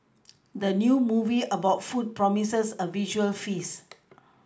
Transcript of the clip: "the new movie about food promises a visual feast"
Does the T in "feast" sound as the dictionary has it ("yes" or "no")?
no